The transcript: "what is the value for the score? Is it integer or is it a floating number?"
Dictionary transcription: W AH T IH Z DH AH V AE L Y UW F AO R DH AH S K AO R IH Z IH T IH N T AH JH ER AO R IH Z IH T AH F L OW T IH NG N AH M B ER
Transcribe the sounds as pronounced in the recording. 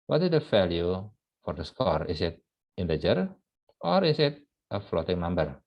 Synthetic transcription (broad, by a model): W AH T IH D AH F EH L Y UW F AO R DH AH S K AO R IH S IH T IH N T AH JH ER AO R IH S IH T AH F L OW T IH NG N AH M B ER